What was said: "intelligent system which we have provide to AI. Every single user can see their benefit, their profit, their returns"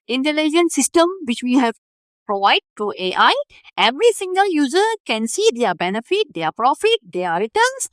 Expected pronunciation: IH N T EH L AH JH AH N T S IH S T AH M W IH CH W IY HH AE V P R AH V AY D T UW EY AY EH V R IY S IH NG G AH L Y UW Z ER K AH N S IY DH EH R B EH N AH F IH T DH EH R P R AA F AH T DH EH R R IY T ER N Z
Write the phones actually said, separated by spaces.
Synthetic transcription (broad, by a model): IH N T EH L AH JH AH N S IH S T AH M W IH CH W IY HH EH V P R AH V AY D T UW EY AY EH V R IY S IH NG G AH L Y UW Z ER K AH N S IY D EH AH B EH N AH F IH T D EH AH P R AA F AH T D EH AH R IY T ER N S